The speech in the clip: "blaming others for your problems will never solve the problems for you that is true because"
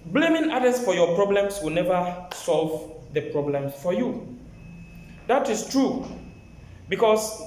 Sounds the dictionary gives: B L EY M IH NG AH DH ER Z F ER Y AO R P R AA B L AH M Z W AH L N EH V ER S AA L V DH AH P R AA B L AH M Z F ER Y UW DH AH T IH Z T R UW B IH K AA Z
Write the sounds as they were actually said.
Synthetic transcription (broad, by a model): B L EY M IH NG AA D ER S F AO Y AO P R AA B L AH M S W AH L N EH V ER S AA L V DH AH P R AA B L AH M F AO Y UW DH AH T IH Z T R UW B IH K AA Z